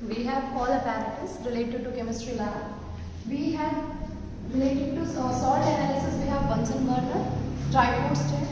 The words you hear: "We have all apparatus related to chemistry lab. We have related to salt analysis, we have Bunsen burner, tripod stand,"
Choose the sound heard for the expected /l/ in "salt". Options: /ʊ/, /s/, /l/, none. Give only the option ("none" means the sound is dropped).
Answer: none